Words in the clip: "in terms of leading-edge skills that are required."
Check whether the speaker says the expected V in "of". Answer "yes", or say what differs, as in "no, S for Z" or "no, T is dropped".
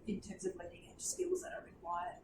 yes